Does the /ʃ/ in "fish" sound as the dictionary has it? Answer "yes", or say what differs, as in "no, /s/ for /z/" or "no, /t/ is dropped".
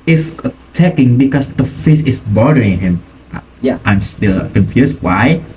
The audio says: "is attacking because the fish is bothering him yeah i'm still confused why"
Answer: no, /s/ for /ʃ/